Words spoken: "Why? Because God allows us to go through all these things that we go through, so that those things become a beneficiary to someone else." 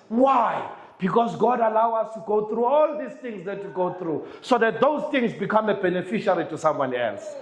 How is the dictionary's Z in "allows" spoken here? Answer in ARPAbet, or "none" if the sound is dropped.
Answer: none